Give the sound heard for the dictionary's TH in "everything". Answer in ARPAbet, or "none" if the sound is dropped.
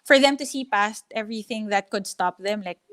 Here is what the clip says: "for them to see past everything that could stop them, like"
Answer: TH